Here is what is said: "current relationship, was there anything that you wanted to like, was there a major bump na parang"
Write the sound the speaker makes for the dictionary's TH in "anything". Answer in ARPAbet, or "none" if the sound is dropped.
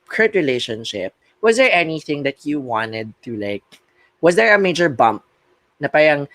TH